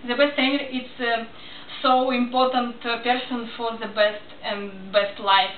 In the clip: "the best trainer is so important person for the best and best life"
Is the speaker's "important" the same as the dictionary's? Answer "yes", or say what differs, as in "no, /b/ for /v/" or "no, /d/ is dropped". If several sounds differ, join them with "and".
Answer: yes